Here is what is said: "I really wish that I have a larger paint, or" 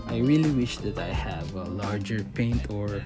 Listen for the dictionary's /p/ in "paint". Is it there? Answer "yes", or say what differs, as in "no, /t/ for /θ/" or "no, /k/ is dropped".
yes